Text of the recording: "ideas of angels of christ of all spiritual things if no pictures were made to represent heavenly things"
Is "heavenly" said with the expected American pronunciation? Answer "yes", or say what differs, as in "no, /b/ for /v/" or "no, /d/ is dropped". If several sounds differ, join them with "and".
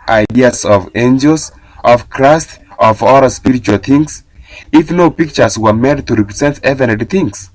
no, /l/ is dropped